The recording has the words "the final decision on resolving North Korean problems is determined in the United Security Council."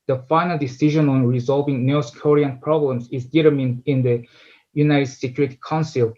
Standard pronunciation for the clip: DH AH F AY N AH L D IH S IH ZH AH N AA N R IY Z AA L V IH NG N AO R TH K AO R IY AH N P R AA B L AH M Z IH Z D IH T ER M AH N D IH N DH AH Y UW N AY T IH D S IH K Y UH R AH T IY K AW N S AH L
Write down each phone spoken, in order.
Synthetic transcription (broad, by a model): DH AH F AY N AH L D IH S IH ZH AH N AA N R IY Z AA L V IH NG N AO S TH K AO R IY AH N P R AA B L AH M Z IH Z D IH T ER M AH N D IH N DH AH Y UW N AY T IH D S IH K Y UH R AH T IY K AW N S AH L